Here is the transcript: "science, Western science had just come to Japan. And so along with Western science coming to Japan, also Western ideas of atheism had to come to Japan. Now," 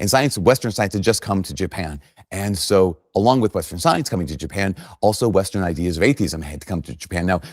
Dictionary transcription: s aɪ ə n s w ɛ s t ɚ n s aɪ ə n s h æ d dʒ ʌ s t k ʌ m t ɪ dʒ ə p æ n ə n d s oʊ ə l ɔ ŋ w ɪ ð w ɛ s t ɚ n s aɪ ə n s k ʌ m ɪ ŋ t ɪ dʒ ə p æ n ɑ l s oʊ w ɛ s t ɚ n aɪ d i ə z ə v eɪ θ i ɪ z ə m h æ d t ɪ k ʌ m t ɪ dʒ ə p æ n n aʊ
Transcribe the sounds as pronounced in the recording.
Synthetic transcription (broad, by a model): s aɪ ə n s w ɛ s t ɚ n s aɪ ə n s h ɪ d dʒ ʌ s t k ʌ m t ɪ dʒ ə p æ n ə n s oʊ ə l ɔ ŋ w ɪ ð w ɛ s t ɚ n s aɪ ə n s k ʌ m ɪ ŋ t ɪ dʒ ə p æ n ɑ l s oʊ w ɛ s t ɚ n aɪ d i ə z ə v eɪ θ i ɪ z ə m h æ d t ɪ k ʌ m t ɪ dʒ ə p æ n n aʊ